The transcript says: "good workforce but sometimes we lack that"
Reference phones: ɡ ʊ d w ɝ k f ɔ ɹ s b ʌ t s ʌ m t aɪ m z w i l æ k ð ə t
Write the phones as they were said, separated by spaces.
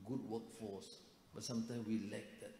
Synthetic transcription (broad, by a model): ɡ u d w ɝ k f ɔ s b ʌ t s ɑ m t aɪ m w i l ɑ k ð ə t